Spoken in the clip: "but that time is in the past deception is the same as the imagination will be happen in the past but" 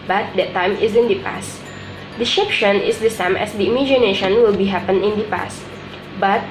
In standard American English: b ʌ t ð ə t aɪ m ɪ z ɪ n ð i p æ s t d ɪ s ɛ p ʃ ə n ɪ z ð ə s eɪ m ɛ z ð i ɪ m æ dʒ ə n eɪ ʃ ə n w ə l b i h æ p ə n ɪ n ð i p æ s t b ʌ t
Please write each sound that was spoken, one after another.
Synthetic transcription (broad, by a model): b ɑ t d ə t aɪ m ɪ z ɪ n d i p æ s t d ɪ ʃ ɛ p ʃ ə n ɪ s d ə s eɪ m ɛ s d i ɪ m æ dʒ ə n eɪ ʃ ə n w ə l b i h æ p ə n ɪ n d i p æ s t b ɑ t